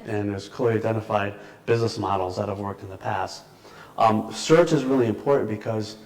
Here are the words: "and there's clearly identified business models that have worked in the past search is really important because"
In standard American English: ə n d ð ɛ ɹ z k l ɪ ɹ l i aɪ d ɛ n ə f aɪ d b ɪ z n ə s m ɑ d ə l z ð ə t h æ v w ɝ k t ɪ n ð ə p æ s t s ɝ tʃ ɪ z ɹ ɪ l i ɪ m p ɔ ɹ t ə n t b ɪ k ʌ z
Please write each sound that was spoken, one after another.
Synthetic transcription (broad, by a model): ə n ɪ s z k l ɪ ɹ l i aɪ d ɛ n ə f aɪ d b ɪ z n ə s m ɑ d l z ð ə t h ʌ v w ɝ k t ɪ n ð ə p æ s t s ɝ tʃ ɪ z ɹ ɪ l i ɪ m p ɔ ɹ t n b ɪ k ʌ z